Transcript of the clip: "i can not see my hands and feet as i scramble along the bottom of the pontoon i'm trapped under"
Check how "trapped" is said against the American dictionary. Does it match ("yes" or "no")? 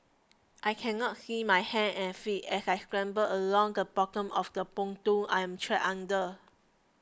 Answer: no